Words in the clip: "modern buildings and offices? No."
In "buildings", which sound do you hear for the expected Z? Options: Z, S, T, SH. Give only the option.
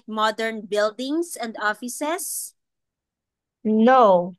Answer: S